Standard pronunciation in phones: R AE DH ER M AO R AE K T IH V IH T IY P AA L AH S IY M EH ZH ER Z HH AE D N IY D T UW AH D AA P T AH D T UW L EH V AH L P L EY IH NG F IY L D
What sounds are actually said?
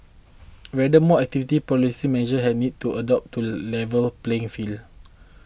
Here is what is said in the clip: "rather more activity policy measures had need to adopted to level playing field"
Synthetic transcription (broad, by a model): W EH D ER M AO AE K T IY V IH T IY P AA L AH S IY M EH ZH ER HH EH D N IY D T UW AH D AA P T T UW L EH V AH L P L EY IH NG F IY L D